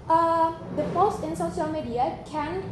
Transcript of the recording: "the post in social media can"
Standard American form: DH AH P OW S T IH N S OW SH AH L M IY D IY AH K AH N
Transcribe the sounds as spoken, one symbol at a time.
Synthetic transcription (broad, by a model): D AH F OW S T IH N S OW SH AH L M IY D IY AH K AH N